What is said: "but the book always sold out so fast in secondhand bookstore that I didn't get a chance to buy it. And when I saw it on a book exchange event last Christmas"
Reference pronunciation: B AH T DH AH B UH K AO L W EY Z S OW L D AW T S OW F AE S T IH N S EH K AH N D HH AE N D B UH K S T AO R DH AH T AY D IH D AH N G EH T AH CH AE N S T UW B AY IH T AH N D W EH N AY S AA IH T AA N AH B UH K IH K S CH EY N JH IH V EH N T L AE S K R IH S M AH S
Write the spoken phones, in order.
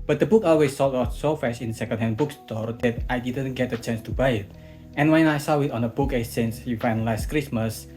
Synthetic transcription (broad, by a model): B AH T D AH B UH K AO L W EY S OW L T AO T S OW F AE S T IH N S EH K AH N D HH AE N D B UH K S T AO R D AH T AY D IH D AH N G EH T AH CH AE N S T UW B AY IH T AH N W EH N AY S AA IH T AA N AH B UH K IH S EY N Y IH F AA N L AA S K R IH S M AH S